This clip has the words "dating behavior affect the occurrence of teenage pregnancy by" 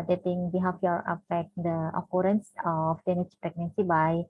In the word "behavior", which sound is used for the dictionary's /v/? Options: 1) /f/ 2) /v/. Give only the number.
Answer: 1